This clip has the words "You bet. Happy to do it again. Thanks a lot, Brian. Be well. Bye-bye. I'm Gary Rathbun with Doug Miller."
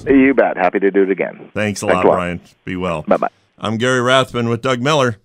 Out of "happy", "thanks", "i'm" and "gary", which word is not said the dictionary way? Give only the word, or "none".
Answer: none